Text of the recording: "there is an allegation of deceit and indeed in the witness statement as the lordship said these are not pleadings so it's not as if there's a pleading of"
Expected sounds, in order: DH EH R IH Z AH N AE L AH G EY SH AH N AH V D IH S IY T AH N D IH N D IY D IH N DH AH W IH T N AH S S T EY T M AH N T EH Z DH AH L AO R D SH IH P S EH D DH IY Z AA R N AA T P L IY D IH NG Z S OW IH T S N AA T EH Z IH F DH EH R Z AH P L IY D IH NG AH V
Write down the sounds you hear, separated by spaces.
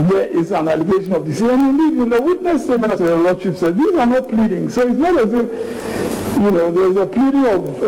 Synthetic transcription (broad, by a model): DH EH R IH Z AH N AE L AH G EY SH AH N AH V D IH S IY AH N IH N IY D IH N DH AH W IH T N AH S S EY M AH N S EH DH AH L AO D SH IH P S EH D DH IY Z AA R N AA T P L IY D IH NG S OW IH T S N AA T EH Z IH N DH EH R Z AH P L IY D IH NG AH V